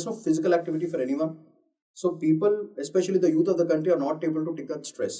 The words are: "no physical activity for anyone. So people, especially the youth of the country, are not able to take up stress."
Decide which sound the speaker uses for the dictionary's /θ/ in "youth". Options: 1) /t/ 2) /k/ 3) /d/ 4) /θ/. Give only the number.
1